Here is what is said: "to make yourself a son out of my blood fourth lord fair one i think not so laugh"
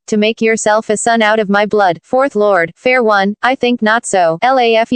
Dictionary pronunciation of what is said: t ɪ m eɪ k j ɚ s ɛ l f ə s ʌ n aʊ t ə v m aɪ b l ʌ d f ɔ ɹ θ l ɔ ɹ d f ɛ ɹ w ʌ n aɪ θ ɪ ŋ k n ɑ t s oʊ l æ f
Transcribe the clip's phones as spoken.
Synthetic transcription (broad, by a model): t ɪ m eɪ k j ɚ s ɛ l f ə s ʌ n aʊ t ə v m aɪ b l ʌ d f ɔ ɹ θ l ɔ ɹ d f ɛ ɹ w ʌ n aɪ θ ɪ ŋ k n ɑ t s oʊ l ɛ f